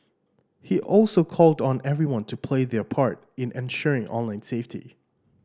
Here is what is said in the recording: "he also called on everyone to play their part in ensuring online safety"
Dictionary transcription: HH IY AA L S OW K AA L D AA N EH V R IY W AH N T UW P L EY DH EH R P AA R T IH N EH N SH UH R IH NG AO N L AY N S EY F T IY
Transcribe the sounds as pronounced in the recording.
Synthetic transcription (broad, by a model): HH IY AA L S OW K AA L D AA N EH V R IY W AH N T UW P L EY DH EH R P AA R T IH N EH N SH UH R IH NG AO N L AY N S EY F T IY